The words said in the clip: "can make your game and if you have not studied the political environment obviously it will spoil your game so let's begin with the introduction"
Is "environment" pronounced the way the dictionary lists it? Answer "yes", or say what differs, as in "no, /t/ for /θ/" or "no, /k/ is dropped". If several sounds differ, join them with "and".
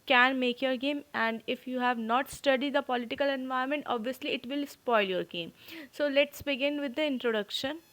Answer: no, /ɹ/ is dropped